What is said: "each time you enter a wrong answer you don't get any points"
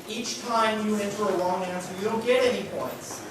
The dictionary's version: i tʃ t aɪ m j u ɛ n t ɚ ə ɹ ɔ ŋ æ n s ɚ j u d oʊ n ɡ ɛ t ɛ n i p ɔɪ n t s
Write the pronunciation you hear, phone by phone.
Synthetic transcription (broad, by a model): i tʃ t aɪ m j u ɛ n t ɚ ə l ɔ ŋ æ n s ɚ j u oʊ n ɡ ɛ t ɛ n i p ɔɪ n t s